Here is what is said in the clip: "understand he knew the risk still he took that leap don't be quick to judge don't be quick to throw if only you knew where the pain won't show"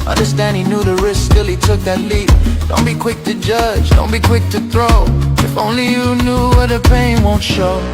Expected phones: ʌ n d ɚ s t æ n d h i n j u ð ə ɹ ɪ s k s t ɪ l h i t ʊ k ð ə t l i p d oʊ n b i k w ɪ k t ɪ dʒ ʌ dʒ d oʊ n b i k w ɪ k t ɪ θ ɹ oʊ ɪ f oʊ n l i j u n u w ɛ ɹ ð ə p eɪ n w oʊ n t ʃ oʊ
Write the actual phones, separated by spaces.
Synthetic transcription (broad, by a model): ʌ n d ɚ s t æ n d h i n j u ð ə ɹ ɪ s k s t ɪ l i t ʊ k ð ə t l i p d oʊ n b i k w ɪ k t ɪ dʒ ʌ dʒ d oʊ n b i k w ɪ k t ɪ θ ɹ oʊ ɪ f oʊ n l i j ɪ n u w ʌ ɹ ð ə p eɪ n w oʊ n t ʃ oʊ